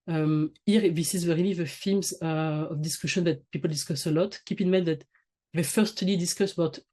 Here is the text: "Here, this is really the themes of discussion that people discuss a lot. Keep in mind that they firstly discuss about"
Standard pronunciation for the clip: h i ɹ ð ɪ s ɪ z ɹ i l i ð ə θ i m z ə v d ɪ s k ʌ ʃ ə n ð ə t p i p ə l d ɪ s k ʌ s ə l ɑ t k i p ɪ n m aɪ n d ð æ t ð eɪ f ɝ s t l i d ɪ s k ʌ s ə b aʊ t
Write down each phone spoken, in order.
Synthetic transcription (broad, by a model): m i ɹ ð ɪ s ɪ z w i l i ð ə f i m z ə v d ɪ s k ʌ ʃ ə n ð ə t p i p ə l d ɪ s k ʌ s ə l ɑ t k i p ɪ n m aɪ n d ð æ t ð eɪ f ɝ s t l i d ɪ s k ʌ s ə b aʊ t